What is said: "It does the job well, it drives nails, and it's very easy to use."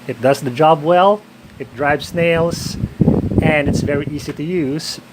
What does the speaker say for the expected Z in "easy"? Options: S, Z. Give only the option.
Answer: Z